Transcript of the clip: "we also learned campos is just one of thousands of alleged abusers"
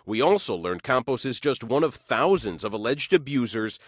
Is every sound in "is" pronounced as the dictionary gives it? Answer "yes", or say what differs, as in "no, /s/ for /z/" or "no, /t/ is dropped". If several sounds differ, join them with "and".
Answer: yes